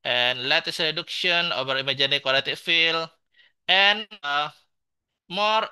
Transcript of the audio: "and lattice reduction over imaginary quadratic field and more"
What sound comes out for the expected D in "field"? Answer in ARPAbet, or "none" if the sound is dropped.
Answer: none